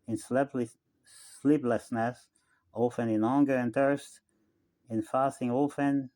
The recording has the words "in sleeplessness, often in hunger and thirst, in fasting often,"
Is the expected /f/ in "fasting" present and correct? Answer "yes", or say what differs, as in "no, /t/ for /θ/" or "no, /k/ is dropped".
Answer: yes